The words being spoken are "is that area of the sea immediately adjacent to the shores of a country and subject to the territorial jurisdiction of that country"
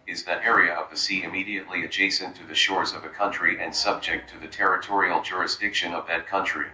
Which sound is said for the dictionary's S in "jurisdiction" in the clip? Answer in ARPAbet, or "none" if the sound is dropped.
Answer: S